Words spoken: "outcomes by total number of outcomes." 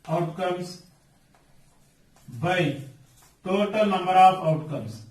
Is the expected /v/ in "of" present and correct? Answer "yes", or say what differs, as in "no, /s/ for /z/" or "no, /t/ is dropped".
no, /p/ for /v/